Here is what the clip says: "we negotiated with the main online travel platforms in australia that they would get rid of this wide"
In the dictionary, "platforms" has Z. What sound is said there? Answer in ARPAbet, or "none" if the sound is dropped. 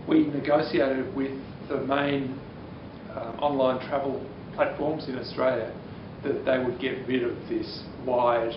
Z